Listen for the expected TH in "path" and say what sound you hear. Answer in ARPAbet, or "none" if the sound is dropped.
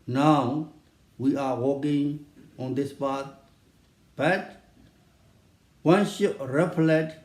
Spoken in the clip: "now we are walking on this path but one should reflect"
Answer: T